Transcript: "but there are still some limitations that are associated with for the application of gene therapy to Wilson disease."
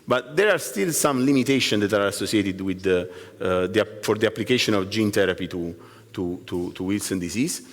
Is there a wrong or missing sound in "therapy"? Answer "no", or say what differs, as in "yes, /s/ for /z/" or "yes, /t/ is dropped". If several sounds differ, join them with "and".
yes, /t/ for /θ/